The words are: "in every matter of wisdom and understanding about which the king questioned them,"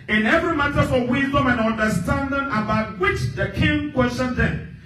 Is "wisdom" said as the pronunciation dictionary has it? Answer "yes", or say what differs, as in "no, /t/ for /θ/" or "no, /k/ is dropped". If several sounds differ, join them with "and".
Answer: yes